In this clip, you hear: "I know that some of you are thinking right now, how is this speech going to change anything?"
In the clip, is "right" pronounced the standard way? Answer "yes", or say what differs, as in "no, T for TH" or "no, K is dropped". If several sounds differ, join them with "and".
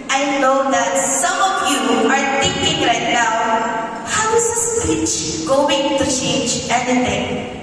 yes